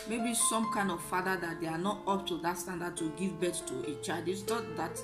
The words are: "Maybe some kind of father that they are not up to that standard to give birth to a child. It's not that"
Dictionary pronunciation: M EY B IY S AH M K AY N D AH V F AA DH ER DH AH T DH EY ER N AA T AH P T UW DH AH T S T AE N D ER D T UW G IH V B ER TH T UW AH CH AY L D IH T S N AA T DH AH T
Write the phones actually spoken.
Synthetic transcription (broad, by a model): M EY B IY S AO M K AY N D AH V F AA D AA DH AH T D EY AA N AA T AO P T UW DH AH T S T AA N D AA D T UW G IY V B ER T T UW AH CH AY D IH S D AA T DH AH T